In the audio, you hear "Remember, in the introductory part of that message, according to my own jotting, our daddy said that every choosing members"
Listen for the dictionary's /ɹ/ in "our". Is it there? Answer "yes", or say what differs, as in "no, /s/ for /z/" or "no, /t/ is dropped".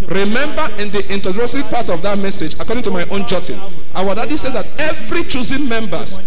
no, /w/ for /ɹ/